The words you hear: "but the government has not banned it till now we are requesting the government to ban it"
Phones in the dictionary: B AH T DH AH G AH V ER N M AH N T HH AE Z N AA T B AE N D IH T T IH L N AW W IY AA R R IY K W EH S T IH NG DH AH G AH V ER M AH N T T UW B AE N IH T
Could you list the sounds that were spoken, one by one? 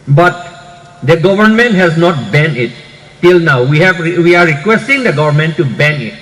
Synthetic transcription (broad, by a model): B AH T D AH G AH V ER N M AH N T HH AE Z N AA T B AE N IH T T IH L N AW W IY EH W R IY K W EH S T IH NG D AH G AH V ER M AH N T T UW B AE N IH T